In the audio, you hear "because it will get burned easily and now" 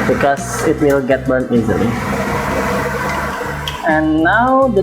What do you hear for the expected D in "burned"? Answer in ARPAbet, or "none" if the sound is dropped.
none